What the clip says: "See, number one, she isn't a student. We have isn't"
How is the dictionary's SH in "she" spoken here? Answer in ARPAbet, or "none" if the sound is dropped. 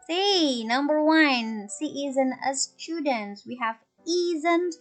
S